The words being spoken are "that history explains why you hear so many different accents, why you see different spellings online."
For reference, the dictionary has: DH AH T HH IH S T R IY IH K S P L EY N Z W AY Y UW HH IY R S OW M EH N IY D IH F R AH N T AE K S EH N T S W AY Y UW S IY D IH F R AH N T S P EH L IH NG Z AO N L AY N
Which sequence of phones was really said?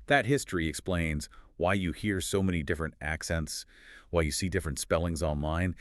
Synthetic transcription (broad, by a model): DH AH T HH IH S T R IY IH K S P L EY N Z W AY Y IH HH IY R S OW M EH N IY D IH F R AH N T AE K S EH N T S W AY Y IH S IY D IH F R AH N T S P EH L IH NG Z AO N L AY N